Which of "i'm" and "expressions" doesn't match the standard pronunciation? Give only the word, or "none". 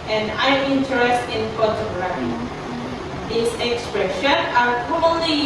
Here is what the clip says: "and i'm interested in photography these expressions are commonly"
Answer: expressions